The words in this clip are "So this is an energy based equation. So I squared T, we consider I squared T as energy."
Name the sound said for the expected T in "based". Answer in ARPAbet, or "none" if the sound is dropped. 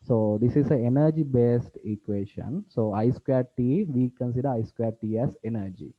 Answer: T